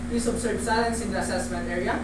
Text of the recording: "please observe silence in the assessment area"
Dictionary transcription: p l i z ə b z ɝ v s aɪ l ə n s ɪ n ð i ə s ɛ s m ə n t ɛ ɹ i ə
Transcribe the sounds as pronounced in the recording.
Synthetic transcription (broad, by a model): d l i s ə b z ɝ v s aɪ l ə n s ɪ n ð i ə s ɛ s m ə n t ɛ ɹ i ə